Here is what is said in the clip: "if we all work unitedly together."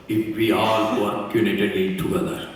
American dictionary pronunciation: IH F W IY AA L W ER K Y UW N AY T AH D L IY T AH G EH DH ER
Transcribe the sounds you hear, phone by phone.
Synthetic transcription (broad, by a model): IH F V IY AA L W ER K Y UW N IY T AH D IY T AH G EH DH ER